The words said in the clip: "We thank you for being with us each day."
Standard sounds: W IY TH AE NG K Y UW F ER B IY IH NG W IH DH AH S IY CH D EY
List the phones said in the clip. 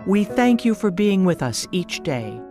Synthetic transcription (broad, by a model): W IY TH AE NG K Y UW F ER B IY IH NG W IH DH AH S IY CH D EY